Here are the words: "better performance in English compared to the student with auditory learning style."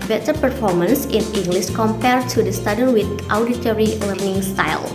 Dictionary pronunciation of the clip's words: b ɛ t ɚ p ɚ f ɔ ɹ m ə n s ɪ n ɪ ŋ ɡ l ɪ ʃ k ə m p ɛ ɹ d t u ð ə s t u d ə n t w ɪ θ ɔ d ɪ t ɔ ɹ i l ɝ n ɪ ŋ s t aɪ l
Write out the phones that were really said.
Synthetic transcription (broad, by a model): b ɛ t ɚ p ɚ f ɔ ɹ m ə n s ɪ n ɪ ŋ ɡ l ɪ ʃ k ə m p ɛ ɹ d t u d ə s t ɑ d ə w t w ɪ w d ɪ t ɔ ɹ i l ɝ n ɪ ŋ s t aɪ l